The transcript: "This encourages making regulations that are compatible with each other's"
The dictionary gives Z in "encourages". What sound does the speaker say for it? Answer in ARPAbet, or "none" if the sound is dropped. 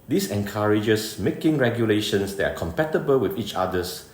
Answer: S